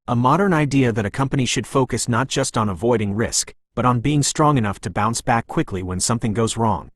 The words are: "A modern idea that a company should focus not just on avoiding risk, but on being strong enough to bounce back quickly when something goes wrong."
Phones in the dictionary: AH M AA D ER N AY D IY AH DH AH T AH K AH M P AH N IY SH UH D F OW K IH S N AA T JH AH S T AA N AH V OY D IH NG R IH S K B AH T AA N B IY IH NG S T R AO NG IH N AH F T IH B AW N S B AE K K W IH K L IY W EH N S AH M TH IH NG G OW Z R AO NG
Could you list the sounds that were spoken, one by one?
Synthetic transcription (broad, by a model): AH M AA D ER N AY D IY AH DH AH T AH K AH M P AH N IY SH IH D F OW K IH S N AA T JH AH S T N AH V OY D IH NG R IH S K B AH T N B IY IH NG S T R AO NG IH N AH F T IH B AW N S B AE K K W IH K L IY W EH N S AH M TH IH NG G OW Z R AO NG